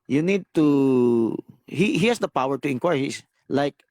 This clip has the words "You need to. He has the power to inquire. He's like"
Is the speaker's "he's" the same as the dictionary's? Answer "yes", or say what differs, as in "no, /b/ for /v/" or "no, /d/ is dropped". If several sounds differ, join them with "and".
no, /s/ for /z/